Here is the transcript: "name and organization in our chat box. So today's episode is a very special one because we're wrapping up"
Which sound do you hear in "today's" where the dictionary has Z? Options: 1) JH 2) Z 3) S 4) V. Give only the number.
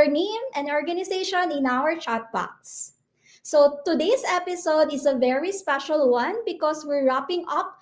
3